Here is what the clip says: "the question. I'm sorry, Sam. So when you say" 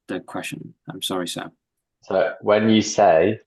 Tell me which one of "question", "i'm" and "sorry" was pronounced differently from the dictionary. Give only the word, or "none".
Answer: none